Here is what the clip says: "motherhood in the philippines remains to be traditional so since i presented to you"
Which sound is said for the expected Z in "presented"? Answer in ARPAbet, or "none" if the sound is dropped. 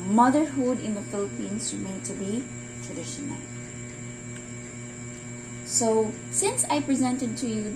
Z